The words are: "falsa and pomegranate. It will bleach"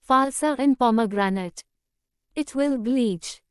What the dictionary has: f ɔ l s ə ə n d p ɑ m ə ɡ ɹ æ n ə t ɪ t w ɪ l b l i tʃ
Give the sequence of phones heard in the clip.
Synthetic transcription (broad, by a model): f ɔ l s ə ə n p ɑ m ə ɡ ɹ æ n ə t ɪ t w ɪ l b l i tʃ